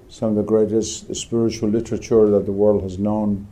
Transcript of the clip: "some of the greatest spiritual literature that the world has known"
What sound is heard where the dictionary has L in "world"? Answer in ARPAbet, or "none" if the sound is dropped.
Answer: L